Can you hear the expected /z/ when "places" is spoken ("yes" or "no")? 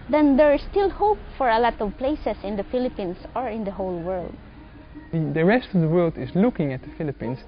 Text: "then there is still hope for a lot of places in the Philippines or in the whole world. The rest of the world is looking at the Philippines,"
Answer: no